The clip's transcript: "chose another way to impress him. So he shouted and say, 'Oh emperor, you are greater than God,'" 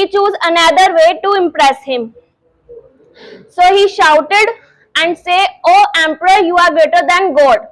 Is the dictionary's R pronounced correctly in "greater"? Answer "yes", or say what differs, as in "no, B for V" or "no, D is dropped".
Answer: no, R is dropped